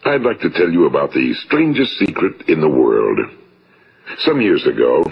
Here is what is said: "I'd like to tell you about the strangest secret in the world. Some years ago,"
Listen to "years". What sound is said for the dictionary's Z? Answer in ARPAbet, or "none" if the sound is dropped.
Z